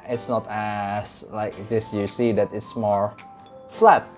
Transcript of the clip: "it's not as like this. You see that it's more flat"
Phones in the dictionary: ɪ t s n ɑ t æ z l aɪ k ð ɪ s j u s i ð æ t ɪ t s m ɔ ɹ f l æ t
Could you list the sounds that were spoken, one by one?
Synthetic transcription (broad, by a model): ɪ t s n ɑ t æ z l aɪ k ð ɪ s j u s i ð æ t ɪ t s m ɔ ɹ f l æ t